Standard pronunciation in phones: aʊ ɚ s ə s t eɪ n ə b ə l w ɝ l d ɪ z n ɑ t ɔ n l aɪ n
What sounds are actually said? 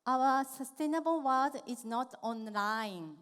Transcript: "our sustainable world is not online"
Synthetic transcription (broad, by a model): aʊ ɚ s ə s t eɪ n ə b ə l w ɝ d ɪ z n ɑ t ɔ n l aɪ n